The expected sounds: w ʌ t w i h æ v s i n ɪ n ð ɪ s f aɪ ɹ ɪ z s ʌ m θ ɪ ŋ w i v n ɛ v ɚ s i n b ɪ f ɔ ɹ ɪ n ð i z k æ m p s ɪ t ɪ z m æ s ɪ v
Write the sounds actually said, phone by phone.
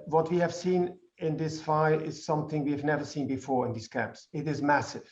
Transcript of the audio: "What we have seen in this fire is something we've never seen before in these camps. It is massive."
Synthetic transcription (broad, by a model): w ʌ t w i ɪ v s i n ɪ n ð ɪ s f aɪ ɪ z s ʌ m θ ɪ ŋ w i v n ɛ v ɚ s i n b ɪ f ɔ ɹ ɪ n ð i z k æ m p s ɪ t ɪ z m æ s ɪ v